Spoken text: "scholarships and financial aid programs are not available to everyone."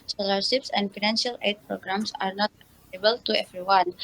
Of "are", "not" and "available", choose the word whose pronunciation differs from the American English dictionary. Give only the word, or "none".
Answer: available